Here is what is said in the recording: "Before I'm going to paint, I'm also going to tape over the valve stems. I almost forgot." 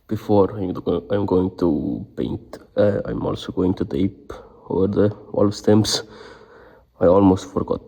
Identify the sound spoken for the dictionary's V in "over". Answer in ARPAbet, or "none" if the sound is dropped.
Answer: none